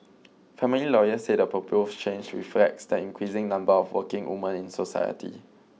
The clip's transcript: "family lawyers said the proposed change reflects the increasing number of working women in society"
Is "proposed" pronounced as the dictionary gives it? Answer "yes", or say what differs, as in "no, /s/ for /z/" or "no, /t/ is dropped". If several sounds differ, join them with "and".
no, /ɹ/ is dropped